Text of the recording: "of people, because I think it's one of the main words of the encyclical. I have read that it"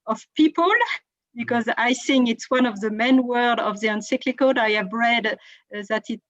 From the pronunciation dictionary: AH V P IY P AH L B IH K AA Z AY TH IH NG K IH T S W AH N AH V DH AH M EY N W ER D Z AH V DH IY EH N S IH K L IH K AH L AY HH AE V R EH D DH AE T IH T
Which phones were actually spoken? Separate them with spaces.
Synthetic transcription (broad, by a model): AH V P IY P AH L B IH K AA Z AY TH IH NG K IH T S W AH N AH V DH AH M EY N W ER D AH V DH IY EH N S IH K L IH K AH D AY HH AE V R EH D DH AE T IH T